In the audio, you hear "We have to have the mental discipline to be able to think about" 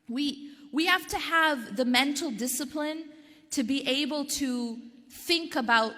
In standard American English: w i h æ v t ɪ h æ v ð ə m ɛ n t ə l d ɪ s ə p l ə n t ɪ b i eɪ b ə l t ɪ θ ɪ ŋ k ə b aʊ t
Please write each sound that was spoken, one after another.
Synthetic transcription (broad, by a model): w i h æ f t ɪ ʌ v ð ə m ɛ n t l d ɪ s ə p l ə n t ɪ b i eɪ b ə l t ɪ θ ɪ ŋ k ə b aʊ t